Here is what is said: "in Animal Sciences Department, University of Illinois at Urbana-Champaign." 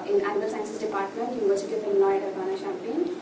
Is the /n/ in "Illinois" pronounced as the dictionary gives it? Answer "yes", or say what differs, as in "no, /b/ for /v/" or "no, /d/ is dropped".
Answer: no, /l/ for /n/